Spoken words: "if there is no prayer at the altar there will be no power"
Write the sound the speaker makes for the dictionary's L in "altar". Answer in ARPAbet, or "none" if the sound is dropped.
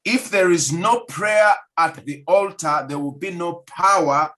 L